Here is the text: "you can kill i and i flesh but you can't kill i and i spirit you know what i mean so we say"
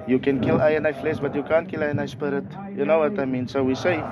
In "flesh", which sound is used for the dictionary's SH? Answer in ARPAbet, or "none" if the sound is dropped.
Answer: S